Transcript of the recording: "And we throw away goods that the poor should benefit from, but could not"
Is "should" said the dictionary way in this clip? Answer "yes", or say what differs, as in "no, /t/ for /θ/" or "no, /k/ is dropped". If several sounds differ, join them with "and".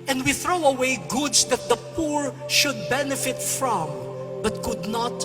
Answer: yes